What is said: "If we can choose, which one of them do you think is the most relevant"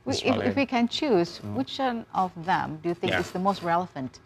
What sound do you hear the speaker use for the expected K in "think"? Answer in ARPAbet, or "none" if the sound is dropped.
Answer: K